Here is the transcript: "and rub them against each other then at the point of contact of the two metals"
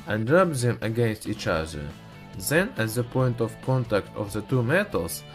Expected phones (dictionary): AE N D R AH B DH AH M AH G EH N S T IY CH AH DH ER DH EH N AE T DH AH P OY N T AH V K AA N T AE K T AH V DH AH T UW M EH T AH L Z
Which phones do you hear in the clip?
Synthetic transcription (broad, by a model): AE N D R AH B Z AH M AH G EH N S T IY CH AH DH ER DH EH N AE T DH AH P OY N T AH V K AA N T AE K T AH V DH AH T UW M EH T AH L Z